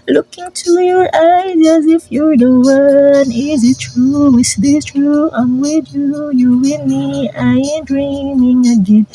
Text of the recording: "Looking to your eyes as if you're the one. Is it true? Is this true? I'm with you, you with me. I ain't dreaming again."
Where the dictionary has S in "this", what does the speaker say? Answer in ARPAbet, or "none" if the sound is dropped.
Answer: none